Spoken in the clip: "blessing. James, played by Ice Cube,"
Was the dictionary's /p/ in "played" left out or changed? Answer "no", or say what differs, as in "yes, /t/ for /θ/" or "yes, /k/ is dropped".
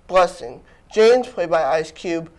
yes, /f/ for /p/